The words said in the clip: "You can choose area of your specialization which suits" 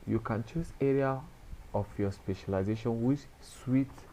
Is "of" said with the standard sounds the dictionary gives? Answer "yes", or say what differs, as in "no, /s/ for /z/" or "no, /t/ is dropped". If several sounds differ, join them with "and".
no, /f/ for /v/